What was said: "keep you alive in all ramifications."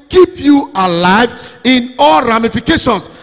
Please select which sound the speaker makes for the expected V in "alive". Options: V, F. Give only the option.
V